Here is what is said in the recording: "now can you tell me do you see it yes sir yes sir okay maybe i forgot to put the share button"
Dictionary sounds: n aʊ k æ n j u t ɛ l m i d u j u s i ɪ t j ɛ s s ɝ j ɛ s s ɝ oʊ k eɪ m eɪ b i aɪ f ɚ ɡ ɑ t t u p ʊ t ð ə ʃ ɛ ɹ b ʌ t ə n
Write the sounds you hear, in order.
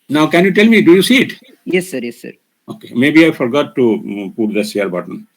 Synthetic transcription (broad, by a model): n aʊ k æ n j u t ɛ l m i d u j u s i ɪ t j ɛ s s ɝ j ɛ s s ɝ oʊ k eɪ m eɪ b i aɪ f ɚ ɡ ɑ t t u p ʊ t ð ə s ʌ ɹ b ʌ t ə n